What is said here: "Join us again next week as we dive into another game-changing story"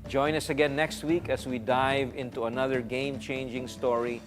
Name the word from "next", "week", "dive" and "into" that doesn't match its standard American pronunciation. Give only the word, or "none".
none